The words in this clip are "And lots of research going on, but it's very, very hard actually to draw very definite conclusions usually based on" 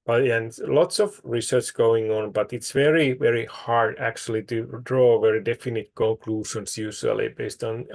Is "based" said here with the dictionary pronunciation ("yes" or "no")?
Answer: yes